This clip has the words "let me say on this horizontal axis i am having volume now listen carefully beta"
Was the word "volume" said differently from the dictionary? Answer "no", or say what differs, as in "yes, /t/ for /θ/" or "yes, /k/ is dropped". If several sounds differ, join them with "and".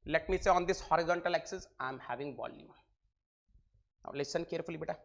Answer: yes, /b/ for /v/